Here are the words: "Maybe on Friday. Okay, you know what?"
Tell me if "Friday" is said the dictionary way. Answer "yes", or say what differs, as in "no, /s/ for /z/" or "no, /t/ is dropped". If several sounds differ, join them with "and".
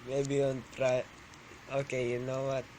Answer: no, /p/ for /f/